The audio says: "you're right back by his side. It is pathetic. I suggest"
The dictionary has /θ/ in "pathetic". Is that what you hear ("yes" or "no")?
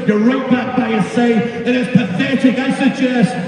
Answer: yes